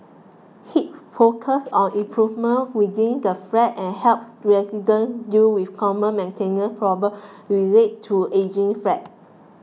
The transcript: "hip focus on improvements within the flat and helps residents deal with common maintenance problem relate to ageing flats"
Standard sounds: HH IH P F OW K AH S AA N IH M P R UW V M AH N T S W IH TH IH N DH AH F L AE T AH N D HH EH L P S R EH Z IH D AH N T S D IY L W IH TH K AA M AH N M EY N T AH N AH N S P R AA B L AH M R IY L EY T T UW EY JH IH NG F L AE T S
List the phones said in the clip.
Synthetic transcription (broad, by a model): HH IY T F OW K AH S AA N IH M P R UW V M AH N W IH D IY N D AH F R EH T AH N HH EH L P S R EH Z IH D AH N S D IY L W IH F K AA M AH N M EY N T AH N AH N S P R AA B AH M R IY L EY T T UW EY JH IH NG F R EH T